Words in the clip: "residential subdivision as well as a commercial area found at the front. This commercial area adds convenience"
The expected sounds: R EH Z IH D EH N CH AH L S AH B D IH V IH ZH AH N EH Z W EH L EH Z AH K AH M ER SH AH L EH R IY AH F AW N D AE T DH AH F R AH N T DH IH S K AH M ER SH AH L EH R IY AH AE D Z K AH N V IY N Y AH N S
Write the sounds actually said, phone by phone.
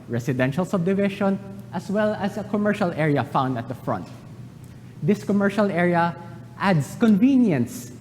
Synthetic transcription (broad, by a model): R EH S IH D EH N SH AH L S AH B D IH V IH SH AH N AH S W EH L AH S AH K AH M ER SH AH L EH R IY AH F AW N D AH T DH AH F R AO N T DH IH S K AH M ER SH AH L EH R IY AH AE D S K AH N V IY N Y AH N S